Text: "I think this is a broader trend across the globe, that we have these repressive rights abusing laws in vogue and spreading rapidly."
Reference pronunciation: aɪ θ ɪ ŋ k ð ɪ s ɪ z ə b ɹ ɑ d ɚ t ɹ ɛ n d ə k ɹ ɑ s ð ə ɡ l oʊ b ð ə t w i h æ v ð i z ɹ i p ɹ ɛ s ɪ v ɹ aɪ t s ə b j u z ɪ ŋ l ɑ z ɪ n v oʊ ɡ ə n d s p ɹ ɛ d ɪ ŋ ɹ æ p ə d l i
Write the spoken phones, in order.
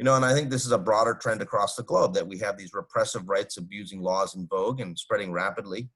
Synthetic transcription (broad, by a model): aɪ θ ɪ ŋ k ð ɪ s ɪ z ə b ɹ ɑ d ɚ t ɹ ɛ n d ə k ɹ ɑ s ð ə ɡ l oʊ b ð ə t w i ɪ v ð i z ɹ i p ɹ ɛ s ɪ v ɹ aɪ t s ə b j u z ɪ ŋ l ɑ z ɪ n v oʊ ɡ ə n s p ɹ ɛ d ɪ ŋ ɹ æ p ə d l i